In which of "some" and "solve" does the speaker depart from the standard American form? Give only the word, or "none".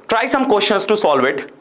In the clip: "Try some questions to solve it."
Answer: none